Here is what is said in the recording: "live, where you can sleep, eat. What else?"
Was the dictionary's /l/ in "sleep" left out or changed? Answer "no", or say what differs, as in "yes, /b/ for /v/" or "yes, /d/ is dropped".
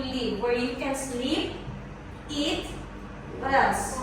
no